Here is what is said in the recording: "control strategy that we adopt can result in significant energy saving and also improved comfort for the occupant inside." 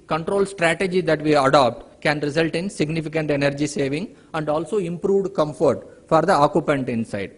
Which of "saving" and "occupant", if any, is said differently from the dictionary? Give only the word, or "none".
none